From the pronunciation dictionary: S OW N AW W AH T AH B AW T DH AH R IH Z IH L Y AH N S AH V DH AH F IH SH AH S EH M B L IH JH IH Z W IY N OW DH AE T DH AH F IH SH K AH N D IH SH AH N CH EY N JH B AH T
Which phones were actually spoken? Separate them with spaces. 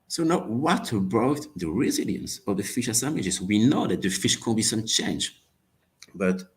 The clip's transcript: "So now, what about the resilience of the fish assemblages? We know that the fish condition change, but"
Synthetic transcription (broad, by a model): S OW N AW W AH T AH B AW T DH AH R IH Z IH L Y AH N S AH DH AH F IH SH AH S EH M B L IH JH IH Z W IY N OW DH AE T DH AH F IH SH K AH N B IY S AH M CH EY N JH B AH T